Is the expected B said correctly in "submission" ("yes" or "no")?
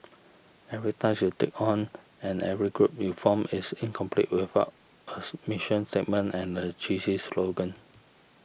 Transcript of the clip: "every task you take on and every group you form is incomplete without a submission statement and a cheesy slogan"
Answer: no